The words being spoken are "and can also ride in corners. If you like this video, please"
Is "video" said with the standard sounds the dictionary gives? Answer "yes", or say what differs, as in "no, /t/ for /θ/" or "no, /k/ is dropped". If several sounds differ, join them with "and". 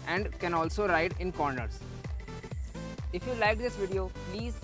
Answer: yes